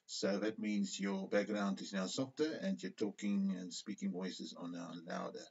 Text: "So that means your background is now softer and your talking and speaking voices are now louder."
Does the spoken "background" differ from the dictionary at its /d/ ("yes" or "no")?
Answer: no